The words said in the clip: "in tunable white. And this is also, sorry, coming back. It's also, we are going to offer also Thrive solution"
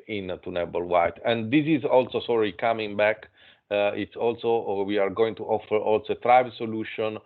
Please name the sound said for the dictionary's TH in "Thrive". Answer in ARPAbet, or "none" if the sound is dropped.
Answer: T